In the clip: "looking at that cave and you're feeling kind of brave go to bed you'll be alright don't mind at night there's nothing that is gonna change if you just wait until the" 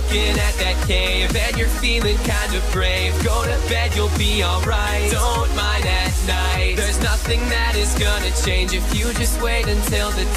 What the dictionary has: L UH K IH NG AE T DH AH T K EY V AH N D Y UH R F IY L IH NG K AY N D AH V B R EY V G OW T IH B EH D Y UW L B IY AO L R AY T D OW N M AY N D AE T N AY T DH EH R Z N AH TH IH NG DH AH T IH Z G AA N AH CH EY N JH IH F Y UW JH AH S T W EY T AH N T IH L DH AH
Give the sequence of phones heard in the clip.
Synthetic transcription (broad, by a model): K IH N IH T DH AH T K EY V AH N Y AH R F IY L IH NG K AY N D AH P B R EY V G OW T IH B EH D Y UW L B IY AO L R AY T D OW N M AY N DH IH T N AY T DH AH R Z N AH TH IH NG DH AH T IH Z G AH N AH CH EY N JH IH F Y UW JH AH S T W EY T AH N T IH L DH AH